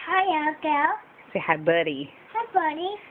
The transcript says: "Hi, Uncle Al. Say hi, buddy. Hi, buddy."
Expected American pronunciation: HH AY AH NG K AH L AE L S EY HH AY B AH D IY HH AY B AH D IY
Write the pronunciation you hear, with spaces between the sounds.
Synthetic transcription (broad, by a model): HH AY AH K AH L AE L S EY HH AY B AH D IY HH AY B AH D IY